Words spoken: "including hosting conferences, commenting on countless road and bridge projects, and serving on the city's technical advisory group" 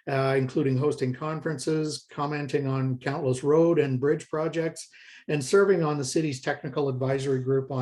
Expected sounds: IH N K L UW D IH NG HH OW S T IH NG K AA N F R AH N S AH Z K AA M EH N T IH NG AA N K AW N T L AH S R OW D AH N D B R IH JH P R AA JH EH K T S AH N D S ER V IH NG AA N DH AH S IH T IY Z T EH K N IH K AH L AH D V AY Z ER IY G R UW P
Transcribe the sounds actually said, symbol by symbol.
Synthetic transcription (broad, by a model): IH N K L UW D IH NG HH OW S T IH NG K AA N F R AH N S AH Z K AA M EH N T IH NG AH N K AW N T L AH S R OW D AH N B R IH JH P R AA JH EH K T S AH N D S ER V IH NG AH N DH AH S IH T IY Z T EH K N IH K L AH D V AY Z ER IY G R UW P